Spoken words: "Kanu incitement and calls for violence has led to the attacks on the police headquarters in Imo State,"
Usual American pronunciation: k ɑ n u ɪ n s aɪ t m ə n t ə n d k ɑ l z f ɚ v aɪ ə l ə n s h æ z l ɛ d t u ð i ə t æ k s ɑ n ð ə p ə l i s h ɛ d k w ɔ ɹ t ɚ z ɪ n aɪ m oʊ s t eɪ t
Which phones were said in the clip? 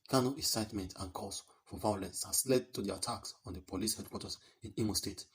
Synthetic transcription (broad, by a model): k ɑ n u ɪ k s aɪ t m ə n t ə n k ɑ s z f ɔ v aɪ ə l ə n s h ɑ s l ɛ d t u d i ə t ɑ k s ɑ n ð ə p ə l i s h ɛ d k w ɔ t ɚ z ɪ n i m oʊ s t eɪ t